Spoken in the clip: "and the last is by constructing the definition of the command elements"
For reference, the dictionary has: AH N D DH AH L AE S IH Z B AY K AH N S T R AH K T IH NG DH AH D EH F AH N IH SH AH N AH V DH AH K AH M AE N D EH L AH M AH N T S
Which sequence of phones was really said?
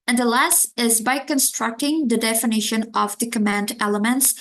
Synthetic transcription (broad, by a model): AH N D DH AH L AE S IH Z B AY K AH N S T R AH K T IH NG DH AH D EH F AH N IH SH AH N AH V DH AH K AH M AE N D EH L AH M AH N T S